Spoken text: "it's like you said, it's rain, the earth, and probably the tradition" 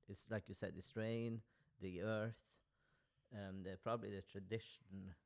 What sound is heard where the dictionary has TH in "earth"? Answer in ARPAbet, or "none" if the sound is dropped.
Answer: TH